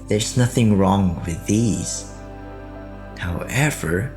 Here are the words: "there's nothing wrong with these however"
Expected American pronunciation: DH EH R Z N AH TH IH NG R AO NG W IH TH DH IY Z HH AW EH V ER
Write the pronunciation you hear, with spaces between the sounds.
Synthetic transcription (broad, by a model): DH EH R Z N AH TH IH NG R AO NG W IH DH IY Z HH AW EH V ER